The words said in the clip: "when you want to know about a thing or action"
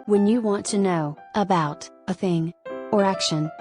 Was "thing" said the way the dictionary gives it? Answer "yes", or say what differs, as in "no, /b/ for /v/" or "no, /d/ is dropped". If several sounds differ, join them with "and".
yes